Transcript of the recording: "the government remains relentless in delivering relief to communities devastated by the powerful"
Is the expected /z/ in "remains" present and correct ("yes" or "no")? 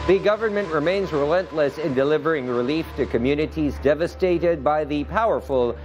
yes